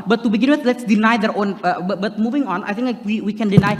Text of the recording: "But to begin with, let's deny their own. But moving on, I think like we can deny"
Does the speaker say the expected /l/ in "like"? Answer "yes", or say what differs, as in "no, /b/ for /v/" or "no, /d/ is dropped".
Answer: no, /w/ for /l/